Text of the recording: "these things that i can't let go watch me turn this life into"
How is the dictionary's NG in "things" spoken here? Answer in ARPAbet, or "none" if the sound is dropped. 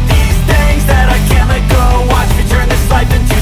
none